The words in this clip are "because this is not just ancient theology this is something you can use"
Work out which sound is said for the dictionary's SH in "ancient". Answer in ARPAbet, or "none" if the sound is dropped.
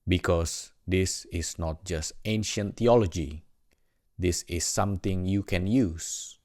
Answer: SH